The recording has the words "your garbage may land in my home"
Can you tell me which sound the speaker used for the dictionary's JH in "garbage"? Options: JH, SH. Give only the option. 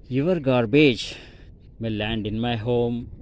JH